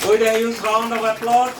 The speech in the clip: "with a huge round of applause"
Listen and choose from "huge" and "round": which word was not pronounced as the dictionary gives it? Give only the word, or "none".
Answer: huge